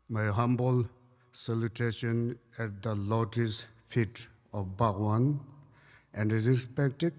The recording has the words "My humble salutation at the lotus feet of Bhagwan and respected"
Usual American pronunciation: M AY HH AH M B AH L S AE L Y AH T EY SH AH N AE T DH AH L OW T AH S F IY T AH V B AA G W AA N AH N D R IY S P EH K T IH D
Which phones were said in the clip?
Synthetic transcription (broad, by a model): M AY HH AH M B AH L S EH L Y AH T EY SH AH N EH T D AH L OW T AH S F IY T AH F B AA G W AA N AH N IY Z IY S P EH K T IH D